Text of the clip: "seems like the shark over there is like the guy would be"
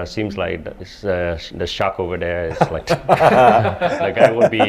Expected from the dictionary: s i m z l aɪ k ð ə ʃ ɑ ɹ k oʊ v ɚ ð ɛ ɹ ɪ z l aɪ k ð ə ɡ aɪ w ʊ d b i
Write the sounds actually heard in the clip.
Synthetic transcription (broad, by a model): s i m z l aɪ k ð ə ʃ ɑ k oʊ v ɚ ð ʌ ɹ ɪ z l aɪ k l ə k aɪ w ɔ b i